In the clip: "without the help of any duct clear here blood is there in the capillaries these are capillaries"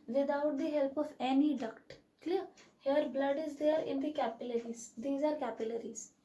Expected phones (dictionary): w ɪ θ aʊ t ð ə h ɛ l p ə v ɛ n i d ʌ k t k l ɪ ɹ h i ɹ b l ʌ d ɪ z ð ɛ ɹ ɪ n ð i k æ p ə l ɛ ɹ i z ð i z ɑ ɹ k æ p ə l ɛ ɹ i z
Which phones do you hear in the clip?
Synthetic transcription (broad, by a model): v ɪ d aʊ t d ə h ɛ l p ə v ɛ n i d ʌ k t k l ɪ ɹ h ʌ ɹ b l ʌ d ɪ z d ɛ ɹ ɪ n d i k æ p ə l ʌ ɹ i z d i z ɑ ɹ k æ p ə l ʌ ɹ i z